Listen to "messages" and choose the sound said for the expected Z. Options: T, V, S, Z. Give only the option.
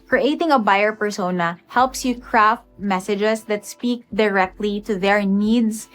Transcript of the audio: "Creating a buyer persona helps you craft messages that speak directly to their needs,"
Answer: S